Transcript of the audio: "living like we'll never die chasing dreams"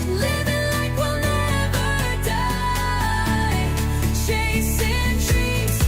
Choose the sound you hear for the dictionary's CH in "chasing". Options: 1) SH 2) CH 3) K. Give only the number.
1